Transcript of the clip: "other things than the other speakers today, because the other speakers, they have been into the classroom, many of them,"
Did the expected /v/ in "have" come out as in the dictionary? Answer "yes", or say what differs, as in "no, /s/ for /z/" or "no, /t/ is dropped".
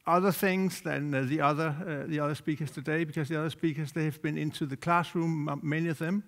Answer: yes